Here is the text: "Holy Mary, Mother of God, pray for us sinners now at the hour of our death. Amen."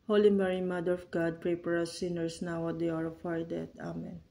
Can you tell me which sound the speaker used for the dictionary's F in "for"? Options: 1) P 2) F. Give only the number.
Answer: 1